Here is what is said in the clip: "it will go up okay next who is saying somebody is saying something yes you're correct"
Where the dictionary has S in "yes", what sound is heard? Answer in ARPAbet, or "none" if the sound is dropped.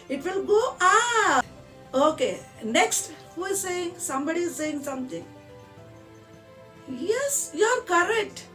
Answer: S